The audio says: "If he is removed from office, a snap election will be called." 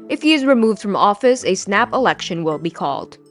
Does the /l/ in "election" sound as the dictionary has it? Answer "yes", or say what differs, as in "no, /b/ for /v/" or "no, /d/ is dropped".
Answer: yes